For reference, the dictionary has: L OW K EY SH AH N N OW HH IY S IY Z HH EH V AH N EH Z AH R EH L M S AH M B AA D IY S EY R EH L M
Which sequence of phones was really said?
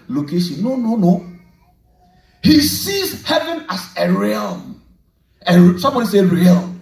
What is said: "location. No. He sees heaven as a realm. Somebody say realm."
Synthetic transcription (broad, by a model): L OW K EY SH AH N N OW HH IY S IY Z HH EH V AH N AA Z AH R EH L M S AH M B AA D IY S EY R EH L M